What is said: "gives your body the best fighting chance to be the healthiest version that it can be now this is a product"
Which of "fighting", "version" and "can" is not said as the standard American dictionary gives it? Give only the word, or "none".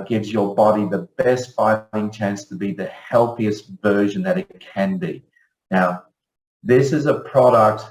none